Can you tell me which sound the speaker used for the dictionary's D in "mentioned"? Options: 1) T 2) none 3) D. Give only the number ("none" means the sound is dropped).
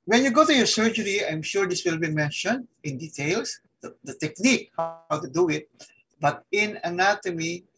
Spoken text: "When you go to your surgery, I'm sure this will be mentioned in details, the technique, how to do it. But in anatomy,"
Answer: 3